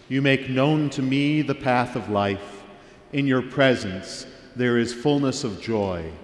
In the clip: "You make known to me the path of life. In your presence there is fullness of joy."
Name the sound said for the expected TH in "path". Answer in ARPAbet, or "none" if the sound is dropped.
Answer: TH